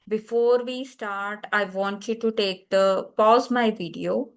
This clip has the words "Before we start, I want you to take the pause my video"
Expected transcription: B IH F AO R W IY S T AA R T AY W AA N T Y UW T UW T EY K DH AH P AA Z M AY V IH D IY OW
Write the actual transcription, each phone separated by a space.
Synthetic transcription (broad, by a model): B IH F AO R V IY S T AA R T AY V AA N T Y UW T UW T EY K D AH P AA Z M AY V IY D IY OW